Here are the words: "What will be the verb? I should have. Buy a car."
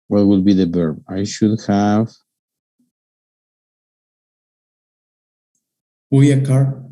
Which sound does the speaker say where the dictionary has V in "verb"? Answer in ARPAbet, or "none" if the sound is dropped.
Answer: B